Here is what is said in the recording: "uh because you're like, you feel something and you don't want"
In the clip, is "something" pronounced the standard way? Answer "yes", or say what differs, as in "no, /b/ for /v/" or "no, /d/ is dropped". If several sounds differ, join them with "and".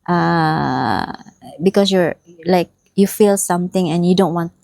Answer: no, /t/ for /θ/